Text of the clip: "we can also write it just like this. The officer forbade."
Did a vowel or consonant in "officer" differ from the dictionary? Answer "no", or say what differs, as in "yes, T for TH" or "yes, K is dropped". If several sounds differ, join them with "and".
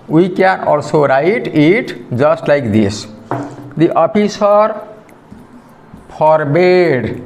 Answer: yes, P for F